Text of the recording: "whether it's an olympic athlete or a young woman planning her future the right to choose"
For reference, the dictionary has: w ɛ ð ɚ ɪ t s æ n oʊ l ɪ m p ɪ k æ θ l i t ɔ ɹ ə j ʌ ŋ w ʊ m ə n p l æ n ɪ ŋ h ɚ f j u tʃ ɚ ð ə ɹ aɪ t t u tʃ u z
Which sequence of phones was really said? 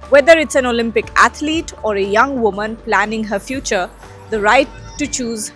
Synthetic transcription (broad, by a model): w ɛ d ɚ ɪ t s æ n oʊ l ɪ m p ɪ k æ t l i t ɔ ɹ ə j ʌ ŋ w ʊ m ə n p l æ n ɪ ŋ h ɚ f j u tʃ ɚ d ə ɹ aɪ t t u tʃ u z